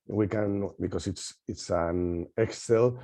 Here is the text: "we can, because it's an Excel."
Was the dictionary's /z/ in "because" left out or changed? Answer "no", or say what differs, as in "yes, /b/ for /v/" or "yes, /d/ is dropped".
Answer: yes, /s/ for /z/